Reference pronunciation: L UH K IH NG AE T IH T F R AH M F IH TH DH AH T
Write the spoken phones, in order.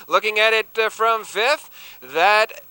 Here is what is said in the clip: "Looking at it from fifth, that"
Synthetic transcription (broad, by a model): L UH K IH NG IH T IH T F R AH M F IH TH DH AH T